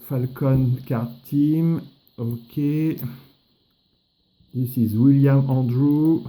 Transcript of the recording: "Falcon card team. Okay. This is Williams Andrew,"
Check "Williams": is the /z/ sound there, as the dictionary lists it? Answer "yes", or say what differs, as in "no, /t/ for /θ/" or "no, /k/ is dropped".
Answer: no, /z/ is dropped